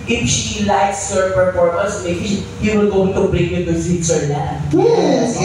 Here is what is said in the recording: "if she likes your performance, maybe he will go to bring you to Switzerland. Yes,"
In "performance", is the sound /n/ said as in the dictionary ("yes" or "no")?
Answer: no